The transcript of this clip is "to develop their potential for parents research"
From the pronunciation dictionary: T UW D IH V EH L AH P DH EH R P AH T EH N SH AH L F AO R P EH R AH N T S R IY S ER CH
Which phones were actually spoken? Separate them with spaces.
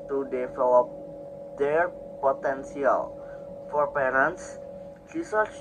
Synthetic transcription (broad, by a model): T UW D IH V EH L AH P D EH R P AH T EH N S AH L F AO R P EH R AH N T S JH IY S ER